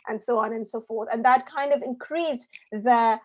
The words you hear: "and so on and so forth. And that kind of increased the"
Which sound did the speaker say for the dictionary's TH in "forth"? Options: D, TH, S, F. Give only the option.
TH